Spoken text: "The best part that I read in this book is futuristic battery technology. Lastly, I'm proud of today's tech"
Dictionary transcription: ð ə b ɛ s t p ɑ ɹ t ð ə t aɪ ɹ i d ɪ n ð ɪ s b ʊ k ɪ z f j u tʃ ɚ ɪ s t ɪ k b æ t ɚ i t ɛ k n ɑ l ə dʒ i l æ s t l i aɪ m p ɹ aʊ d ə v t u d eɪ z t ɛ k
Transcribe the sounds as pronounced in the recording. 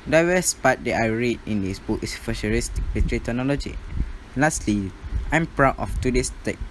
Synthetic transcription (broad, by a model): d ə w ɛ s p ɑ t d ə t aɪ ɹ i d ɪ n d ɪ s b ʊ k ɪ s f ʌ ʃ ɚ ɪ s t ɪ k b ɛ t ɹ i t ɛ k n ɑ l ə dʒ i l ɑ s t l i aɪ m p ɹ aʊ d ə f t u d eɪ s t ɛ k